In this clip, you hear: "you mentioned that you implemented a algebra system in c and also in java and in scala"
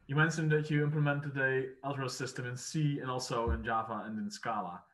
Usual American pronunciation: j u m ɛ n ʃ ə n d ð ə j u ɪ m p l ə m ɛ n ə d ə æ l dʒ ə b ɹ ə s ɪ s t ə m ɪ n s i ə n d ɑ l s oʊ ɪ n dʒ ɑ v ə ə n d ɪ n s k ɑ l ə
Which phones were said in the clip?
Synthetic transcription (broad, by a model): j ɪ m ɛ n s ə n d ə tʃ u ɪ m p l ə m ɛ n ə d ə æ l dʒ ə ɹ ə s ɪ s t ə m ɪ n s i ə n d ɑ l s oʊ ɪ n dʒ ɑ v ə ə n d ɪ n s k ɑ l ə